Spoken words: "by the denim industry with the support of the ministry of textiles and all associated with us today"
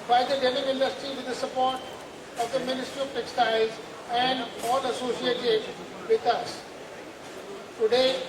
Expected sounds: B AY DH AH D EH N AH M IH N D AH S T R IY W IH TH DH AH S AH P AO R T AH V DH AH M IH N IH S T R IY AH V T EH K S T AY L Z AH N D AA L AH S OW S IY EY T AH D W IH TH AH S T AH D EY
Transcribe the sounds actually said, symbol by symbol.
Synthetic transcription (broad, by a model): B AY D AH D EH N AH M IH N D AH S T R IY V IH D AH S AH P AO R T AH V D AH M IH N IH S T R IY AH P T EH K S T AY Z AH N D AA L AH S OW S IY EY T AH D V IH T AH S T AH D EY